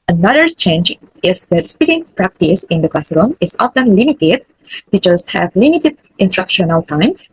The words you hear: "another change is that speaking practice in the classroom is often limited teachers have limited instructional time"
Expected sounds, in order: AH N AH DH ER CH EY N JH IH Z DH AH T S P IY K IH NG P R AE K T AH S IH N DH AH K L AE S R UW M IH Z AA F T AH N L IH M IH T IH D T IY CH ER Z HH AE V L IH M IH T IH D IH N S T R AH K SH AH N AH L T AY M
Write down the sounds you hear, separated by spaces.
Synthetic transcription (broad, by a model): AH N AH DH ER CH EY N JH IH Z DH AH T S P IY K IH NG P R AE K T AH S IH N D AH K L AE S R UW M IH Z AA F T AH N L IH M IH T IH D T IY CH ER S HH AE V L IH M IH T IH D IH N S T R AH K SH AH N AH L T AY M